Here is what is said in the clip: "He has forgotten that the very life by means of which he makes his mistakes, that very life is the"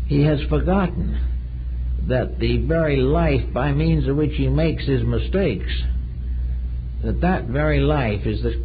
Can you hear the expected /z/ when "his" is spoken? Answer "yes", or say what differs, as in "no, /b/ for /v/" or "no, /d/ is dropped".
yes